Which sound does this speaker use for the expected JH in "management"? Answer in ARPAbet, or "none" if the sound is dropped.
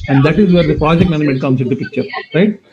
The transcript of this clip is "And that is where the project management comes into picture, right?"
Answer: none